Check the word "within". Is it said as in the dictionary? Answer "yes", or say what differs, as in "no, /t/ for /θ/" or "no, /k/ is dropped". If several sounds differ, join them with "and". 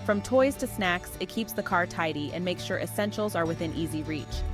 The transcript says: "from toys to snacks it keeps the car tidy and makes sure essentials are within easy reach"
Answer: yes